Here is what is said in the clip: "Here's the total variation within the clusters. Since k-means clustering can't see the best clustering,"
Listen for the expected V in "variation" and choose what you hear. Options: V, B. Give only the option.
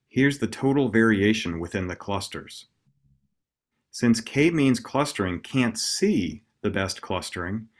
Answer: V